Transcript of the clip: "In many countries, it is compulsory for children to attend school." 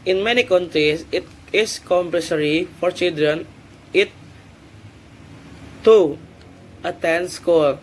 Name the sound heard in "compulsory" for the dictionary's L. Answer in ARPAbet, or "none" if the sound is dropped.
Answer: none